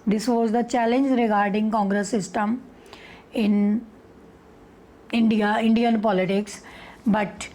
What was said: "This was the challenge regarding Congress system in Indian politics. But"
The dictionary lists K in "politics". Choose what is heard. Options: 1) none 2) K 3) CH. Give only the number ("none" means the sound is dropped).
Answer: 2